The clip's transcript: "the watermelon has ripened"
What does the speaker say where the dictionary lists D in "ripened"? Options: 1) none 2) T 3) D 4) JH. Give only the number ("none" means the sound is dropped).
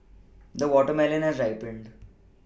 3